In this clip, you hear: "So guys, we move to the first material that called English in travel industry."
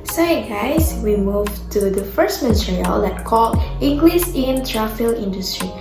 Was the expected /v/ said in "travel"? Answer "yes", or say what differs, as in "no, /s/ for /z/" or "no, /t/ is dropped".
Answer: no, /f/ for /v/